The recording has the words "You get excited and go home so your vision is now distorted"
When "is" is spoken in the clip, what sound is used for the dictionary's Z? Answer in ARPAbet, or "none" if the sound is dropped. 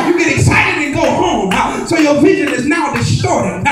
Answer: Z